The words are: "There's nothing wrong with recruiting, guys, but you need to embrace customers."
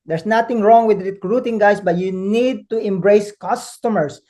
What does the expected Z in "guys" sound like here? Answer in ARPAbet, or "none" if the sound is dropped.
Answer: S